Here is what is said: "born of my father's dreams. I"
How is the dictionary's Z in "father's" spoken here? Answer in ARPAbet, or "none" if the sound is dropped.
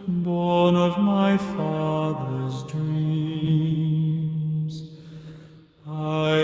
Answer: Z